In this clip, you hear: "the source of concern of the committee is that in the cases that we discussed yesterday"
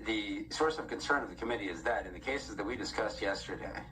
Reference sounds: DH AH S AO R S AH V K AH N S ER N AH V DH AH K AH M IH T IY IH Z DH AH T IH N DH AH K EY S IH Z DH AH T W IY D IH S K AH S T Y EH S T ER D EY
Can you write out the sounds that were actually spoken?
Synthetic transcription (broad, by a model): DH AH S AO R S AH V K AH N S ER N AH V DH AH K AH M IH T IY IH Z DH AH T IH N DH AH K EY S IH Z DH AH T W IY D IH S K AH S T Y EH S T ER D EY